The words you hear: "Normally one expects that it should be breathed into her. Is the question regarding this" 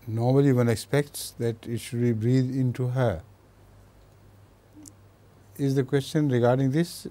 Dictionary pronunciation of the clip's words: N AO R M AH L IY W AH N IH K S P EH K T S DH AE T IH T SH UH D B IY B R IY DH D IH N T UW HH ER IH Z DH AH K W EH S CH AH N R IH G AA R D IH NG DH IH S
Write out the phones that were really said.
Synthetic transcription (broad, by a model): N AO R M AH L IY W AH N IH K S P EH K T S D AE T IH T SH UH D B IY B R IY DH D IH N T UW HH ER IH Z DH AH K W EH S CH AH N R IH G AA R D IH NG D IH S